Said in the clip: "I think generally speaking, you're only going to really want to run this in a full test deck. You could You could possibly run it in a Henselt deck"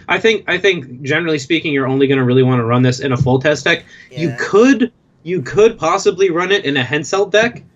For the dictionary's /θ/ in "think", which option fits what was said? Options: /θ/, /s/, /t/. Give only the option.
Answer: /θ/